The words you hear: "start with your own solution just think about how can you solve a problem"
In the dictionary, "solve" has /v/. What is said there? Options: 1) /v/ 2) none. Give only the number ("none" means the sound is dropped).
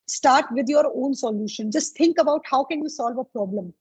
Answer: 1